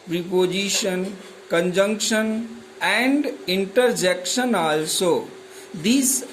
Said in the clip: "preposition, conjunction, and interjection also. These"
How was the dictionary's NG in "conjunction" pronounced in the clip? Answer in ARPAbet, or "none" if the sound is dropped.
NG